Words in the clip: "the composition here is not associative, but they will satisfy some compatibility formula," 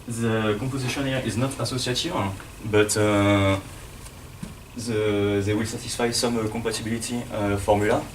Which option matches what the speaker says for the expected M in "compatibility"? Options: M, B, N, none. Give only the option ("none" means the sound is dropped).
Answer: none